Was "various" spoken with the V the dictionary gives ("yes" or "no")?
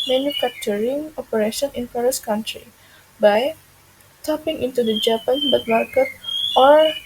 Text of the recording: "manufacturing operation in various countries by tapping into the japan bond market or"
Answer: no